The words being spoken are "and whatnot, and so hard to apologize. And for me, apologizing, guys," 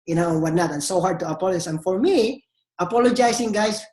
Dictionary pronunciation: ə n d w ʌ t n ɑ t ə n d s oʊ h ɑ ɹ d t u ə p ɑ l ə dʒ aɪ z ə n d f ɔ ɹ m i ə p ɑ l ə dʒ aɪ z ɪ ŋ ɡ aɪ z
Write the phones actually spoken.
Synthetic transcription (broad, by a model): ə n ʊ w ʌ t n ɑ t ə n s oʊ h ɑ ɹ d t u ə p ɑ l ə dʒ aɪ s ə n f ɔ ɹ m i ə p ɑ l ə dʒ aɪ s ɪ ŋ ɡ aɪ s